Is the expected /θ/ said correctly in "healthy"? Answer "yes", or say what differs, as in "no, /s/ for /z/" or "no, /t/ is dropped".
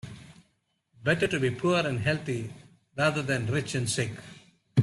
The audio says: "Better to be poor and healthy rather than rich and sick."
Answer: no, /t/ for /θ/